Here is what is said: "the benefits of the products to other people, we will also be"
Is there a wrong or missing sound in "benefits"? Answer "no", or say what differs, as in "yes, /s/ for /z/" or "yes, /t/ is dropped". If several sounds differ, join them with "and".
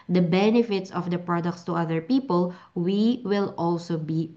no